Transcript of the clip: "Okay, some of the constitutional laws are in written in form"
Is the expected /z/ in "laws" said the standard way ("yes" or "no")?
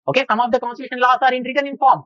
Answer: no